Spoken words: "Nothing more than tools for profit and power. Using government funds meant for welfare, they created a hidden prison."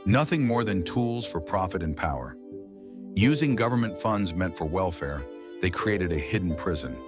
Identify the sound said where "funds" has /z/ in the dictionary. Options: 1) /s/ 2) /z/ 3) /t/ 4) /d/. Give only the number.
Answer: 2